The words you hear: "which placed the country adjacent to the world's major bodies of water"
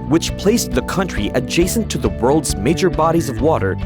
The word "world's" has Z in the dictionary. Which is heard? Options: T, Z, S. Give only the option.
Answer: Z